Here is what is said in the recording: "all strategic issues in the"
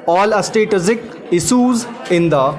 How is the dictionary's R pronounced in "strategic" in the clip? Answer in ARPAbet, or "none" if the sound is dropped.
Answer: none